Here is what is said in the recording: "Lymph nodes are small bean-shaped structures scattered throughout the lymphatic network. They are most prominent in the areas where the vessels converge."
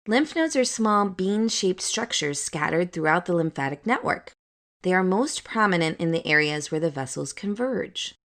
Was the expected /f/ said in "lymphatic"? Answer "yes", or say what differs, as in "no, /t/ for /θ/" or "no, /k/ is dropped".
yes